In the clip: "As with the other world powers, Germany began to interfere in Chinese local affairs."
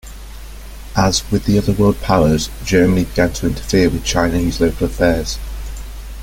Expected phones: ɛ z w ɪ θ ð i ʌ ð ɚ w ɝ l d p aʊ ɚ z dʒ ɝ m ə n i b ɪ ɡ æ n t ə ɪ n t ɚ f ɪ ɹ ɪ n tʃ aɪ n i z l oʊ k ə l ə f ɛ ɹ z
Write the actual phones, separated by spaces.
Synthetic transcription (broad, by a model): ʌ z w ɪ ð i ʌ ð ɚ w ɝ l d p aʊ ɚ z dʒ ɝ m ə n i b ɪ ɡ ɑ n t ə ɪ n t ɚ f ɪ w ɪ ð tʃ aɪ n i z l oʊ k ə l ə f ɛ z